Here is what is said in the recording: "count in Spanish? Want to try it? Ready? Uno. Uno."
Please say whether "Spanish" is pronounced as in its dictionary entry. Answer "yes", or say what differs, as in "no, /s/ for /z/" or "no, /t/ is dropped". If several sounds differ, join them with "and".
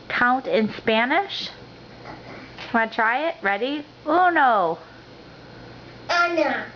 yes